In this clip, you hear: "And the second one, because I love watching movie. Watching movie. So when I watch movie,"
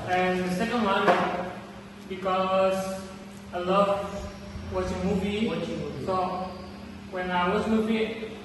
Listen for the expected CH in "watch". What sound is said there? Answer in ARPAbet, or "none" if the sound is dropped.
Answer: S